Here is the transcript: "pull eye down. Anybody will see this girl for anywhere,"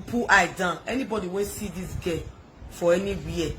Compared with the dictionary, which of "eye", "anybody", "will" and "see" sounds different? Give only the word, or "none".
will